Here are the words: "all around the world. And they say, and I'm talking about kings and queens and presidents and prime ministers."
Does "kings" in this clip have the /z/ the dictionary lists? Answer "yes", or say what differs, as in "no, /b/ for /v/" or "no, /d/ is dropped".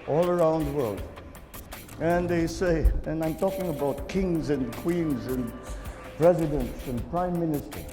yes